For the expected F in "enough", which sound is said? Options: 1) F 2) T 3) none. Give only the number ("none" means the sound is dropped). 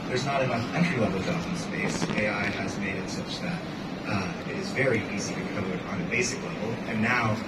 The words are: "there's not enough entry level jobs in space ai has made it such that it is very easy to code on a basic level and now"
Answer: 3